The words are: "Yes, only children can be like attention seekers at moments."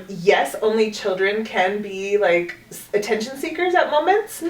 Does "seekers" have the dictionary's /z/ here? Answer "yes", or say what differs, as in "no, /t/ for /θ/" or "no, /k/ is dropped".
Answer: yes